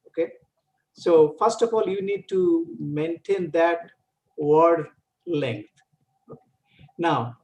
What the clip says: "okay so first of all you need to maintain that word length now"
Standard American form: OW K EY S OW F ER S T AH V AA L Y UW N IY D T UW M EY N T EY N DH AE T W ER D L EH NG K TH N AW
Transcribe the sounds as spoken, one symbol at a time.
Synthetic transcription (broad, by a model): OW K EY S OW F ER S T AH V AA L Y UW N IY D T UW M EY N T EY N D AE T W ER D L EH NG K T N AW